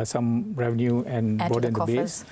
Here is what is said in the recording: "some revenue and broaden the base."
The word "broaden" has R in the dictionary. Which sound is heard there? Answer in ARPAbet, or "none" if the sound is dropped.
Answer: none